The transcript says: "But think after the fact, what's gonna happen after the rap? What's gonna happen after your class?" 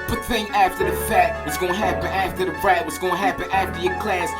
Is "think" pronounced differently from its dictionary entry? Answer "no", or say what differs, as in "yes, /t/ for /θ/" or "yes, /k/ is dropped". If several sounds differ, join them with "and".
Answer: yes, /k/ is dropped